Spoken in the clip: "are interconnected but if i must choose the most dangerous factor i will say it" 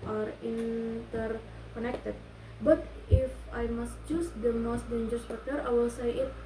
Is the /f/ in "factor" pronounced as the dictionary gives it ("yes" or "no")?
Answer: no